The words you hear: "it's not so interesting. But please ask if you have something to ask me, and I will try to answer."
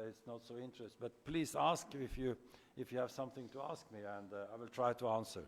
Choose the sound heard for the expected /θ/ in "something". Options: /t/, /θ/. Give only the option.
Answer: /θ/